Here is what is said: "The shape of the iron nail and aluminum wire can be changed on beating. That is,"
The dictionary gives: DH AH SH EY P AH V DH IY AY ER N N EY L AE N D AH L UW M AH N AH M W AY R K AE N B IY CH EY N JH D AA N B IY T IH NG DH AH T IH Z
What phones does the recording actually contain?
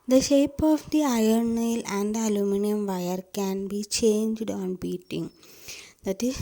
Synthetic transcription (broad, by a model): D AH SH EY P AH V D IY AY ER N N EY L AE N D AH L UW M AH N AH M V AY R K AE N B IY CH EY N JH D AA N B IY T IH NG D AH T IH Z